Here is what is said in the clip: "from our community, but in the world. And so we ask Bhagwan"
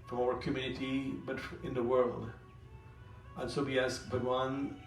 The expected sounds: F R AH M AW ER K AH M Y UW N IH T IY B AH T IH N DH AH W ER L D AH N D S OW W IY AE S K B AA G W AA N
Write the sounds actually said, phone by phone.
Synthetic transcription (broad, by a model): F R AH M AW ER K AH M Y UW N IH T IY B AH T IH N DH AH W ER L D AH N S OW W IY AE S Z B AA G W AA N